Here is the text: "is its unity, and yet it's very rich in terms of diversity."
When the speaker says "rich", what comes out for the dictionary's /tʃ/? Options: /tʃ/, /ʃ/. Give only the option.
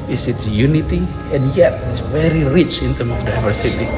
/tʃ/